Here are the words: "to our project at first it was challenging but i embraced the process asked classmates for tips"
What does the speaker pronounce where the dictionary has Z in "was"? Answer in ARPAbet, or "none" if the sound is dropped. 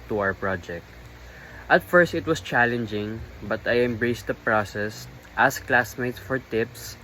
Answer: S